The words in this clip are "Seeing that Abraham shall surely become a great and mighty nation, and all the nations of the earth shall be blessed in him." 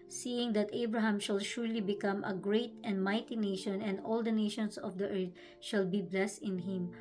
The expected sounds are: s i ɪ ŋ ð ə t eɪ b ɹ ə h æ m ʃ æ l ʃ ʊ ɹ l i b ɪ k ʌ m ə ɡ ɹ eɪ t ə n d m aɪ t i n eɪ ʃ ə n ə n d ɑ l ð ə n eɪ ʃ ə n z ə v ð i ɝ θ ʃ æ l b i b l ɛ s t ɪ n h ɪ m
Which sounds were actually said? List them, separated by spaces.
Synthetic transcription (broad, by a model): s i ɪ ŋ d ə t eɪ b ɹ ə h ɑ m ʃ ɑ l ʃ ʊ ɹ l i b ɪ k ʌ m ə ɡ ɹ eɪ t ə n d m aɪ t i n eɪ ʃ ə n ə n d ɑ l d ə n eɪ ʃ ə n s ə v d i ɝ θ ʃ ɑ l b i b l ɛ s t ɪ n h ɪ m